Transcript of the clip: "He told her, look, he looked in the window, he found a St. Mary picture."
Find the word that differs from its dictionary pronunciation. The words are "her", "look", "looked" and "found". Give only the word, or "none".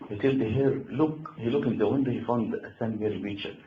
looked